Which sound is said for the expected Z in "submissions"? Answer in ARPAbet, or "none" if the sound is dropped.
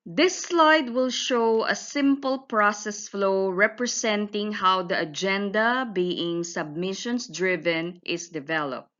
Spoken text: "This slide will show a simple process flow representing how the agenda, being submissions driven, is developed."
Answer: S